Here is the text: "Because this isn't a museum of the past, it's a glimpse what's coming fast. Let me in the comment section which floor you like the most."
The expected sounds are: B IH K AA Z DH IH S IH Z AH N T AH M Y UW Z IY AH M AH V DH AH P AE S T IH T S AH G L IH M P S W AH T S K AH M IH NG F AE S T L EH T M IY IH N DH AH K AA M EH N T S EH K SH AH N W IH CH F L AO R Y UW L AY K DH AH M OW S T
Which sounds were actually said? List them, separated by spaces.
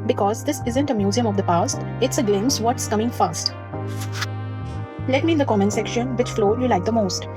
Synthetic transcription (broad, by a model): B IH K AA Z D IH S IH Z AH N T AH M Y UW Z IY AH M AH V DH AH P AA S T IH T S AH G L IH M S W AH T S K AH M IH NG F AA S T L EH T M IY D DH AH K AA M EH N S EH K SH AH N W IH CH F L AO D Y UW L AY K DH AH M OW S T